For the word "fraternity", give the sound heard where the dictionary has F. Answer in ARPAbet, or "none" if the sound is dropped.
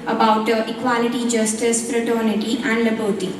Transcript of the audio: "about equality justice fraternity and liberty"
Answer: P